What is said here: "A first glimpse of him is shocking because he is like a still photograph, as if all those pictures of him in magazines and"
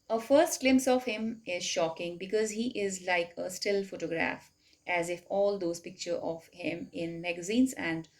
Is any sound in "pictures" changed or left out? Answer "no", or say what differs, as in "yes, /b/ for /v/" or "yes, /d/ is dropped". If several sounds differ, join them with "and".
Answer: yes, /z/ is dropped